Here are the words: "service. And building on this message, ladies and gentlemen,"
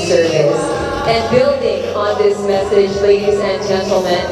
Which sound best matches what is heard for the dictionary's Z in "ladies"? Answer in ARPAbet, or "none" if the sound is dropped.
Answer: Z